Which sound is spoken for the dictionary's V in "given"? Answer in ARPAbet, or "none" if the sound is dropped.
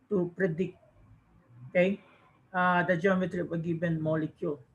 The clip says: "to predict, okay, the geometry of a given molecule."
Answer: B